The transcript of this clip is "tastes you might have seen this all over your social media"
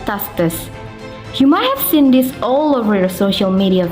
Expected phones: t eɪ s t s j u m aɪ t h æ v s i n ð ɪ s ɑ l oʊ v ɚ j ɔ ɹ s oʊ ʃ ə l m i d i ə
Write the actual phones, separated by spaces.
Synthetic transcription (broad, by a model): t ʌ s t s j u m aɪ t h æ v s i n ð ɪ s ɑ l oʊ v ɚ j ɔ ɹ s oʊ ʃ ə l m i d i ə